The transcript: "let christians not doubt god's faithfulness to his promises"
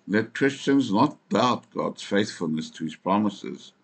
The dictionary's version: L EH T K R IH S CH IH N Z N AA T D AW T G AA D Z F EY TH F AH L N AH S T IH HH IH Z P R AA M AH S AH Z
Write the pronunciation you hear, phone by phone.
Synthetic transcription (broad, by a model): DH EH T K R IH S CH IH N Z N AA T D AW T G AA D Z F EY TH F AH L N AH S T IH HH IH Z P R AA M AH S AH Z